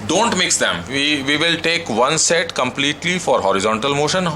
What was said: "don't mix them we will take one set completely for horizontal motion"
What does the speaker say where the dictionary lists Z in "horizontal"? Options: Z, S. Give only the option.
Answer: Z